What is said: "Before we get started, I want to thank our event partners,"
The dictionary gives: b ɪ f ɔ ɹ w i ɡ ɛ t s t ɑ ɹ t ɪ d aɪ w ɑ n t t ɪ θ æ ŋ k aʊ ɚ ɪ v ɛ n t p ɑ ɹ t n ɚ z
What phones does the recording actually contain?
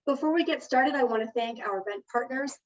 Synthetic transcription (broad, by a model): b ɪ f ɔ ɹ w i ɡ ɛ t s t ɑ ɹ t ɪ d aɪ w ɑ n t t ɪ θ æ ŋ k aʊ ɚ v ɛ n p ɑ ɹ t n ɚ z